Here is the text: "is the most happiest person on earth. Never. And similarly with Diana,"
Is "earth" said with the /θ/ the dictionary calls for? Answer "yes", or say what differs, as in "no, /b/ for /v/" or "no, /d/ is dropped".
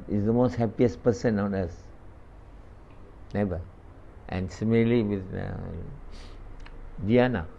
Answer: no, /s/ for /θ/